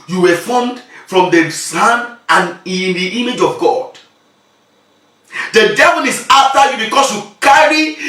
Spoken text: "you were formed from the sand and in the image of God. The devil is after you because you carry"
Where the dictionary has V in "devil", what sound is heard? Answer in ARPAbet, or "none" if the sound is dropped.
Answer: V